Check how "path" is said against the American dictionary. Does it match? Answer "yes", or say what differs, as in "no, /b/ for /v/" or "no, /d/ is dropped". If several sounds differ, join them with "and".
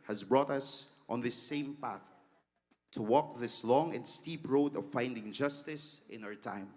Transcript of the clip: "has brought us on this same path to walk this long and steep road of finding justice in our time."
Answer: yes